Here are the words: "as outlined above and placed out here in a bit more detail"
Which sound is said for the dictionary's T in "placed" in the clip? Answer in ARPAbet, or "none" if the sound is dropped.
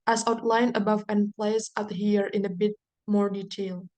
none